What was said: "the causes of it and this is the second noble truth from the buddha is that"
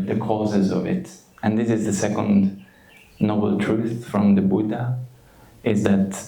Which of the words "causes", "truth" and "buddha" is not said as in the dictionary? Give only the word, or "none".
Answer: none